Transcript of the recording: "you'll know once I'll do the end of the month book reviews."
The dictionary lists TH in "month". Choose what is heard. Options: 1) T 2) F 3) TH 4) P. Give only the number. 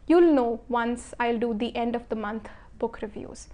1